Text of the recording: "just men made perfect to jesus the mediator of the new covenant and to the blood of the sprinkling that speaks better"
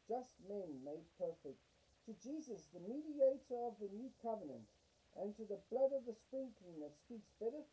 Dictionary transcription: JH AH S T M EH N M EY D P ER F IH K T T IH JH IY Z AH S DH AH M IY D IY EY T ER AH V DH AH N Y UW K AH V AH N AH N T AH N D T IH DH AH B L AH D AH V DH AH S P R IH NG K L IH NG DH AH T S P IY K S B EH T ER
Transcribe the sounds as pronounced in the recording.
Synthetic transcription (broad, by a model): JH AH S T M EH N M EY D P ER F IH K T T IH JH IY Z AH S DH AH M IY D IY EY T ER AH V DH AH N Y UW K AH V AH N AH N T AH N T IH DH AH B L AH D AH V DH AH S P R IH NG K IH NG DH AH T S P IY K S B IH T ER